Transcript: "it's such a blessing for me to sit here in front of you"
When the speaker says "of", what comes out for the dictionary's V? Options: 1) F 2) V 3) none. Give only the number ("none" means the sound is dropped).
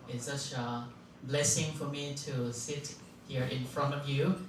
2